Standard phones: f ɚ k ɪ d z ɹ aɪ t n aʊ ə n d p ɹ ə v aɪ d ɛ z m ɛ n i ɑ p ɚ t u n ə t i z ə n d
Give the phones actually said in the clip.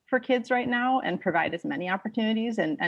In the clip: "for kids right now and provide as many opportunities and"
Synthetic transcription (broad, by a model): f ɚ k ɪ d z ɹ aɪ t n aʊ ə n p ɹ ə v aɪ d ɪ z m ɛ n i ɑ p ɚ t u n ə t i z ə n